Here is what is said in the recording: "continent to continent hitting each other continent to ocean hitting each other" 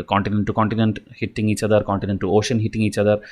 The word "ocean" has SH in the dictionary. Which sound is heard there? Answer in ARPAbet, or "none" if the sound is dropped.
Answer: SH